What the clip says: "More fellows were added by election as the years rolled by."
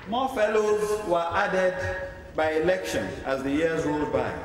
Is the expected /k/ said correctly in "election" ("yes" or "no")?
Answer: yes